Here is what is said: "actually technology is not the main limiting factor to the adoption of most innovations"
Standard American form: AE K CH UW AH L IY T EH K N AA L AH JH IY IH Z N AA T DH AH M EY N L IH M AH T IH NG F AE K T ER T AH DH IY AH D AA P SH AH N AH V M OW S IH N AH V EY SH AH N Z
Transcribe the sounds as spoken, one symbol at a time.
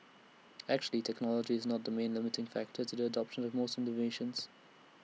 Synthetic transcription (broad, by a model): AE K CH UW AH L IY T EH K N AA L AH JH IY IH Z N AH T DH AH M EY N L IH M AH T IH NG F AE K T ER T AH DH IY AH D AA P SH AH N AH V M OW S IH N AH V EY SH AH N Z